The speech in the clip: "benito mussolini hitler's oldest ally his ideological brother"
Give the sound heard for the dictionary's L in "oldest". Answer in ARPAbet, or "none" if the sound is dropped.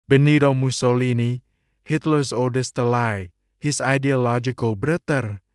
none